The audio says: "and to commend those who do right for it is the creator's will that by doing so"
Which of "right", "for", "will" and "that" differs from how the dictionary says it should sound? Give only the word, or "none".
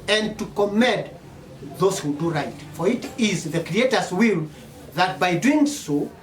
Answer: none